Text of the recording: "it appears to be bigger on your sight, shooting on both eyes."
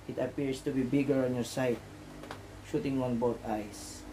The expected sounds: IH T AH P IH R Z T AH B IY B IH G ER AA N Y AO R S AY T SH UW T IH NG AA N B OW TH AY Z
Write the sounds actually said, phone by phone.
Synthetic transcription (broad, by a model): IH T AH P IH R S T AH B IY B IH G ER AA N Y AO R S AY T SH UW T IH NG AA N B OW T AY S